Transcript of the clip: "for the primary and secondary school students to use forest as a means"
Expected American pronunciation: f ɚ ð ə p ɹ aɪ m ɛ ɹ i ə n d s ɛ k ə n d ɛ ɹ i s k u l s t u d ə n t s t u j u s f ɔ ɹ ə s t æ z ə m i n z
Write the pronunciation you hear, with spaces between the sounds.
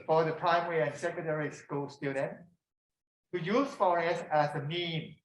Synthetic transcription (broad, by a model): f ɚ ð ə p ɹ aɪ m ɛ ɹ i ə n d s ɛ k ə n d ɛ ɹ i s k u l s t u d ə n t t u j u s f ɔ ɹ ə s æ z ə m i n